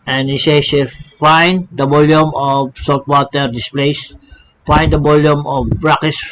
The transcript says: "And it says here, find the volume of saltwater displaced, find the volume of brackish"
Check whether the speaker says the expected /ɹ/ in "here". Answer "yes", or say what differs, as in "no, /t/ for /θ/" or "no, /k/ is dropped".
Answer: no, /l/ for /ɹ/